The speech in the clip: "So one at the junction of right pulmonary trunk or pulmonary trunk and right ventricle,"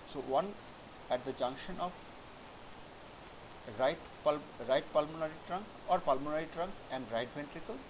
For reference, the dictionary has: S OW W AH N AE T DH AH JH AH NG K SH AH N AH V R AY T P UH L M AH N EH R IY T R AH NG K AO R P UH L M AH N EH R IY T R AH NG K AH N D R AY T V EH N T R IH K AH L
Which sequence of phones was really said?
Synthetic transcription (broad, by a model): S OW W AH N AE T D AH JH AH NG K SH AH N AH P R AY T P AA L M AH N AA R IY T R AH NG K AO R P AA L M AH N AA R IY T R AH NG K AH N D R AY T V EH N T R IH K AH L